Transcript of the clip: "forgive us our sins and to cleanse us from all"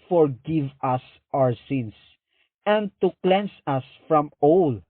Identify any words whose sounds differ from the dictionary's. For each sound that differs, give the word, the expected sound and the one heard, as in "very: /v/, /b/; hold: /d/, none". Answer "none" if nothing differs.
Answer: sins: /z/, /s/; cleanse: /z/, /s/